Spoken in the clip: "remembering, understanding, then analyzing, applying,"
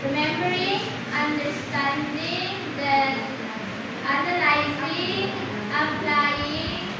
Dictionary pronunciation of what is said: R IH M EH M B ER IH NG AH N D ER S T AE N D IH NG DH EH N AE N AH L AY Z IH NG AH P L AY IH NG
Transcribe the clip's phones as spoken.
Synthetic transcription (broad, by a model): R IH M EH M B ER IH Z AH N D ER S T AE N D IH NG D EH AA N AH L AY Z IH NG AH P L AY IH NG